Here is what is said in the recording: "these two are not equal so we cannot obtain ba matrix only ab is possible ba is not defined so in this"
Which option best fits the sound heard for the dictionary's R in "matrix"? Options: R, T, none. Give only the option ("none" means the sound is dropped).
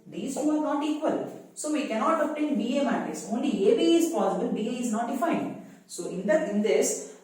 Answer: none